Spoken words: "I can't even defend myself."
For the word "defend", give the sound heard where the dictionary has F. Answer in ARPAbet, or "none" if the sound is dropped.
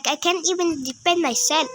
P